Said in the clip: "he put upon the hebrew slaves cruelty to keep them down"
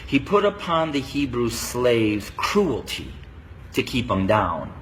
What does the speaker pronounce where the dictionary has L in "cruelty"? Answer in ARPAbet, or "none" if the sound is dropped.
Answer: L